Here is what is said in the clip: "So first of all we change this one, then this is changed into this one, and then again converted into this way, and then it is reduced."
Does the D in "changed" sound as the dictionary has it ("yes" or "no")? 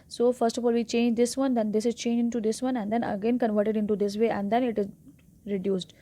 no